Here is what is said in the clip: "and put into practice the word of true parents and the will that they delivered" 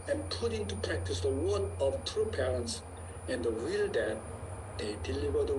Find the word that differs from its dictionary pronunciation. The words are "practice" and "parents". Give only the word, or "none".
none